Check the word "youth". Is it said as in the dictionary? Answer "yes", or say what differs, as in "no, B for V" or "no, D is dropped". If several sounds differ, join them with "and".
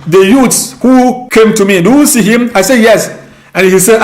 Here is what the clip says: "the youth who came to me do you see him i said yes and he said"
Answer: no, S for TH